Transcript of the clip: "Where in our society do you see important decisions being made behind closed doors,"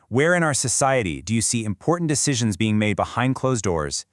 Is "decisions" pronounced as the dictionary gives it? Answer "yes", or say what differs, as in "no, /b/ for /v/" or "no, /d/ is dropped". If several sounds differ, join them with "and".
yes